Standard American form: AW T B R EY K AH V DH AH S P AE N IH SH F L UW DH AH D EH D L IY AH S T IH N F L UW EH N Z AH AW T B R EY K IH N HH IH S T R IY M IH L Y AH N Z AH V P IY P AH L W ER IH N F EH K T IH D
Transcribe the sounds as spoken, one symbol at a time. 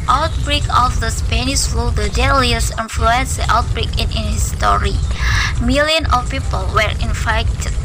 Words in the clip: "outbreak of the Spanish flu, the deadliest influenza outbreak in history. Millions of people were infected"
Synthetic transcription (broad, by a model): AW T B R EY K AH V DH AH S P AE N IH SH F L UW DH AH D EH L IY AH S IH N F L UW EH N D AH AW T B R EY K IH N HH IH S T R IY M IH L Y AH N AH F P IY P AH L W ER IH N F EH K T